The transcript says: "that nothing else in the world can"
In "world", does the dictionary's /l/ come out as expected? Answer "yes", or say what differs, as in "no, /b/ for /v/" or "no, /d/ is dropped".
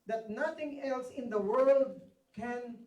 yes